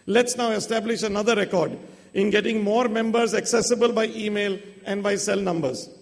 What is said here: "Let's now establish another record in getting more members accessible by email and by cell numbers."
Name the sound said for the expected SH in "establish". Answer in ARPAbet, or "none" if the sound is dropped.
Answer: SH